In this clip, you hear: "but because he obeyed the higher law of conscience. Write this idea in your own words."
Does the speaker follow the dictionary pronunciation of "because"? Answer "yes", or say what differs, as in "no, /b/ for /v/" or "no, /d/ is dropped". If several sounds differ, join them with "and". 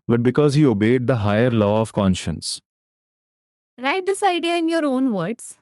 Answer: yes